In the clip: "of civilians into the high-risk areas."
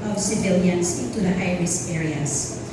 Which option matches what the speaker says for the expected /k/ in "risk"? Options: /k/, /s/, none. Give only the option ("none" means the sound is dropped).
none